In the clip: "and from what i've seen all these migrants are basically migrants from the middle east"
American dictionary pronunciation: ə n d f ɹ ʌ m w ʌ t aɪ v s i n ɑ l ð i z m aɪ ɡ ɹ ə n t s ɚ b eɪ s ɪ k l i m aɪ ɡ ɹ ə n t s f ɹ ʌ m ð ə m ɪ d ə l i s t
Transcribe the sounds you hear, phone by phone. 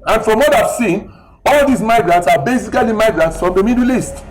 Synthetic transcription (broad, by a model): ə n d f ɹ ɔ m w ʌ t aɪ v s i n ɑ l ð i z m aɪ ɡ ɹ ə n t s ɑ b eɪ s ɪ k l i m aɪ ɡ ɹ ə n t s f ɹ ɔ m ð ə m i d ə l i s t